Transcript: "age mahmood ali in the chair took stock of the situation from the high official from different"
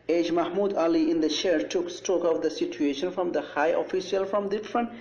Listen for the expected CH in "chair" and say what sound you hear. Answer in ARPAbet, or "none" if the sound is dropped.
SH